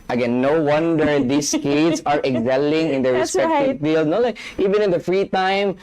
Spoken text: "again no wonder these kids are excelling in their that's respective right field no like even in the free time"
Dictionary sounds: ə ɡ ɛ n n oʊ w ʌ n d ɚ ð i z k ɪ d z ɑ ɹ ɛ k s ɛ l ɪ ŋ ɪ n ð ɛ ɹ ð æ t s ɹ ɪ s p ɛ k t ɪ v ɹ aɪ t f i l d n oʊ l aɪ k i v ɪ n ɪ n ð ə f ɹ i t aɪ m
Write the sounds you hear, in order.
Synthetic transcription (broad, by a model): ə ɡ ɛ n n oʊ w ʌ n d ɚ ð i s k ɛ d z ɑ ɹ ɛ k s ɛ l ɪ ŋ ɪ n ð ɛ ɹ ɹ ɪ s ɛ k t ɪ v f i l d n oʊ l aɪ k i v ɪ n ɪ n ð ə f ɹ i t aɪ m